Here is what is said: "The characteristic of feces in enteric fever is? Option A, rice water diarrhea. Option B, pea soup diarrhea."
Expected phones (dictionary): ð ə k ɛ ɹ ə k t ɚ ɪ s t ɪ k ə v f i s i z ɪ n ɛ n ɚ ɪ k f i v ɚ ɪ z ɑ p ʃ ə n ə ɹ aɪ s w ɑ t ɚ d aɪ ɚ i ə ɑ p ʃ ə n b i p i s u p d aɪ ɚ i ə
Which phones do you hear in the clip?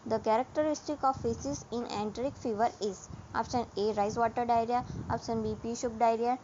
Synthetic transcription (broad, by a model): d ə k ɛ ɹ ə k t ɚ ɪ s t ɪ k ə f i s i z ɪ n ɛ n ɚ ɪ k f i v ɚ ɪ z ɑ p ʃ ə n ə ɹ aɪ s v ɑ t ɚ d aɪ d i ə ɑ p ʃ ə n b i p i ʃ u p d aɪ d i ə